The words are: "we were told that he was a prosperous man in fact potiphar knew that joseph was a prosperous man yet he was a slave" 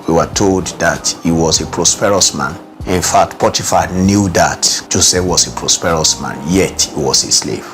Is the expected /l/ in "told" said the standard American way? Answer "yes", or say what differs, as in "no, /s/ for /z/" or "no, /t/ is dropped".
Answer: yes